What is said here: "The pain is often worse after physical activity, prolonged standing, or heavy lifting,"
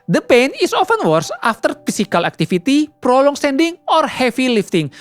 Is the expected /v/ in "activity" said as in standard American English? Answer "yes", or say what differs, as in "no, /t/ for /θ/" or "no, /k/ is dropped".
no, /f/ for /v/